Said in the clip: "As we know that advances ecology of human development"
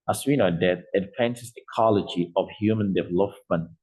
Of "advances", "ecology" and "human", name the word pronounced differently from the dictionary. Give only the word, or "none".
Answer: advances